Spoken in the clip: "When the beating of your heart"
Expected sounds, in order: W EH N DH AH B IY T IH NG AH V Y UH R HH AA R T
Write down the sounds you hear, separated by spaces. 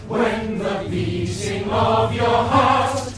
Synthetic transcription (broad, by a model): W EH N DH AH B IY S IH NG AH V Y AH R HH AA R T